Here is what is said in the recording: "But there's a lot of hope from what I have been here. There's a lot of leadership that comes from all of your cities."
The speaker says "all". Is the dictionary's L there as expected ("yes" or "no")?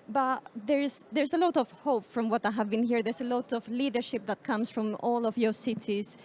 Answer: yes